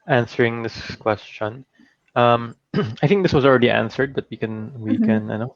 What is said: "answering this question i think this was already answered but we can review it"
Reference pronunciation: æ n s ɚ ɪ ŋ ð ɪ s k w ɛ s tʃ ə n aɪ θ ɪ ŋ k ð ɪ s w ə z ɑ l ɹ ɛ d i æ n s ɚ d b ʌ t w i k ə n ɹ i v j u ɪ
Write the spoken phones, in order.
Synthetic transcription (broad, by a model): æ n s ɚ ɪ ŋ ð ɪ s k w ɛ s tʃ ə n aɪ θ ɪ ŋ k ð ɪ s w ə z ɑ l ɹ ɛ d i æ n s ɚ d b ʌ t w i k ə n w i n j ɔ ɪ